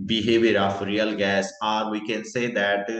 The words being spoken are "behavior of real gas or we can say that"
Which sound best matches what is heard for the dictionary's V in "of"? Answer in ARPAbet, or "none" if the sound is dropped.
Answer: F